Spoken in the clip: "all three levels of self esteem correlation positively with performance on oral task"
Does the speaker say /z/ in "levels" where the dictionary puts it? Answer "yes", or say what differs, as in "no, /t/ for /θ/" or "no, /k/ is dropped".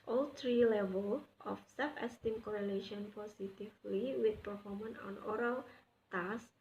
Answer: no, /z/ is dropped